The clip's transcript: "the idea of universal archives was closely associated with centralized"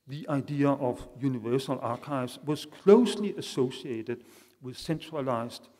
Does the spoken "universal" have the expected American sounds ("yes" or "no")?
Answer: yes